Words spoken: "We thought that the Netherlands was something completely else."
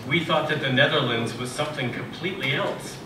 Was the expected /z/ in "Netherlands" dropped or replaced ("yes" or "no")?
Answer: no